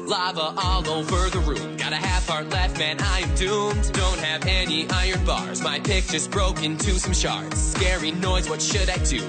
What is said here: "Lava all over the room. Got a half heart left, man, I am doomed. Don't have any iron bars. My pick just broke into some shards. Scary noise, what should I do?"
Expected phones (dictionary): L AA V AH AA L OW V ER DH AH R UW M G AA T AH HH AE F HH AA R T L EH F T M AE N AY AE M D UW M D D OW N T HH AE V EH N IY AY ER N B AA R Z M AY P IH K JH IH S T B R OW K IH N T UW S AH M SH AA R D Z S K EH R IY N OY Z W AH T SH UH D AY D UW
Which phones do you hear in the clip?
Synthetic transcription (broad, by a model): L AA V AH AA L OW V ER DH AH R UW G AA T AH HH AE F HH AA R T L EH F T M AE N AY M D UW M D D OW N T HH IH V EH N IY AY ER N B AA R Z M AY P IH K CH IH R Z B R OW K IH N T UW S AH M SH AA R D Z S K EH R IY N OY Z W AH T SH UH D AY D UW